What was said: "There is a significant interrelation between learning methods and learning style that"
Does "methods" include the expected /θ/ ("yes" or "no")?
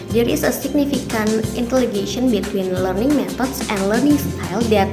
no